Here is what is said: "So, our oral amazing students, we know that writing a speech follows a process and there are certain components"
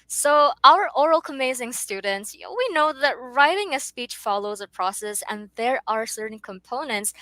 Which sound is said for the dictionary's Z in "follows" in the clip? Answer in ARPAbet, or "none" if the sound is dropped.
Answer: Z